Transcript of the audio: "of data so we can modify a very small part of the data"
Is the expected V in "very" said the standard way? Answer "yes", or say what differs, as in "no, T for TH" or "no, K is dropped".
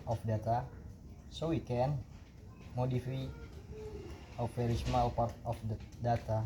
no, F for V